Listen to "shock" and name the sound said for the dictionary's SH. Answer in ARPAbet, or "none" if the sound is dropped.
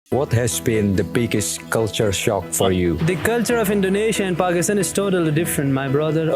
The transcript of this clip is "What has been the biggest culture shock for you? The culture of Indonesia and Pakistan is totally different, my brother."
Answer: SH